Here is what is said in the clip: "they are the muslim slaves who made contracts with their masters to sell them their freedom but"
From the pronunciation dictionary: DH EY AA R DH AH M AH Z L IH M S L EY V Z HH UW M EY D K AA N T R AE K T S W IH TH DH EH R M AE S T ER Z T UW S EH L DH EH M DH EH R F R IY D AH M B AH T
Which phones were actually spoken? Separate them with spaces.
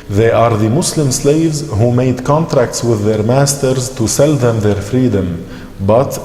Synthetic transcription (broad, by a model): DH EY AA R DH AH M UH S L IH M S L EY V Z HH UW M EY D K AA N T R AE K T S W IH DH EH R M AE S T ER Z T UW S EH L DH EH M DH EH R F R IY D AH M B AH T